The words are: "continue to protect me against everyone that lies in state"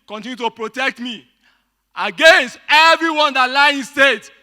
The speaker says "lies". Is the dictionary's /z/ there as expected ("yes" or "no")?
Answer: no